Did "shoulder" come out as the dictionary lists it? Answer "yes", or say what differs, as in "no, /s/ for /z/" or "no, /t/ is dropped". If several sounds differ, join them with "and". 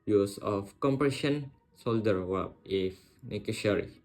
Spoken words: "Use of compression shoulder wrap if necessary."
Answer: no, /s/ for /ʃ/